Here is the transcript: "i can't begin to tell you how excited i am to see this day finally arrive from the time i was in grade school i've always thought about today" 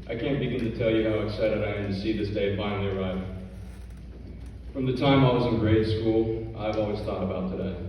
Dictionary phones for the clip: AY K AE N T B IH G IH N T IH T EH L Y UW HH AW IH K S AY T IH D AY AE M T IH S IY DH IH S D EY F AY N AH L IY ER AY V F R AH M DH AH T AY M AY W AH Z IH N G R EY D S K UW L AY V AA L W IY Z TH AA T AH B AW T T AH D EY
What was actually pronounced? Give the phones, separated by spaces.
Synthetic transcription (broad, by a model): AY K AE N B IH G IH N T IH T EH L Y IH HH AW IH S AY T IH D AY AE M T IH S IY DH IH S D EY F AY N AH L IY ER AY V F R AH M DH AH T AY M AY W AH Z IH N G R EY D S K UW L AY V AA L W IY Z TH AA T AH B AW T T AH D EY